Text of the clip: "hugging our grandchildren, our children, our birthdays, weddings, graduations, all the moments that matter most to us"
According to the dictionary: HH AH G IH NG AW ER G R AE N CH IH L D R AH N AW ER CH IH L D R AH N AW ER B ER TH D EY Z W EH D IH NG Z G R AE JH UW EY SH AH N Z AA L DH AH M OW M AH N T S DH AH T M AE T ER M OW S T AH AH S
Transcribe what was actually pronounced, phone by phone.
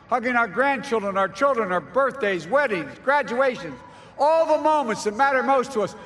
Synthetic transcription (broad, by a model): HH AH G IH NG AW ER G R AE N CH IH L D R AH N AW ER CH IH L D R AH N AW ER B ER TH D EY Z W EH D IH NG Z G R AE JH UW EY SH AH N Z AA L DH AH M OW M AH N T S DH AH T M AE T ER M OW S T AH AH S